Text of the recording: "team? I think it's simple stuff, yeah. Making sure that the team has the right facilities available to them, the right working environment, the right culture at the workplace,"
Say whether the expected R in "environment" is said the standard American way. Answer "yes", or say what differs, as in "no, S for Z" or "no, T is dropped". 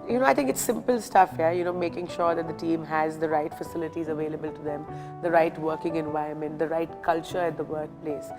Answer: no, R is dropped